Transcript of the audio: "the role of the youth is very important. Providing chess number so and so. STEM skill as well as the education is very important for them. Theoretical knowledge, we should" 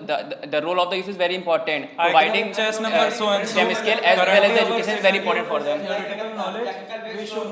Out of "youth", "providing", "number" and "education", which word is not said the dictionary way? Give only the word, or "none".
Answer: youth